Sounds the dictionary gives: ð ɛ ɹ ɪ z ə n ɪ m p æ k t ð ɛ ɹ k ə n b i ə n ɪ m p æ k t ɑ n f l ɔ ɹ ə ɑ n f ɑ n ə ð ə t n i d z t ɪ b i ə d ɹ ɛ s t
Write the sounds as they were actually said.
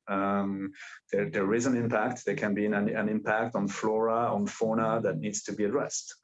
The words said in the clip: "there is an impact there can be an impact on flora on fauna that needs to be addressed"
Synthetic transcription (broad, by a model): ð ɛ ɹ ɪ z ə n ɪ m p æ k t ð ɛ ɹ k ə n b i ə n ɪ m p æ k t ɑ n f l ɔ ɹ ə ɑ n f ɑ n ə ð ə t n i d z t ɪ b i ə d ɹ ɛ s t